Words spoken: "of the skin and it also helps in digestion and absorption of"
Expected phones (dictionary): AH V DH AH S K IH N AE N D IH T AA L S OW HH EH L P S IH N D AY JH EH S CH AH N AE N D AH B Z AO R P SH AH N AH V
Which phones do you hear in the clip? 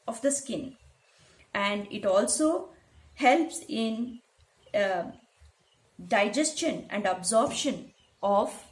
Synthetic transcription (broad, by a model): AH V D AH S K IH N AE N D IH T AA L S OW HH EH L P S IH N D AY JH EH S CH AH N AE N D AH B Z AO R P SH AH N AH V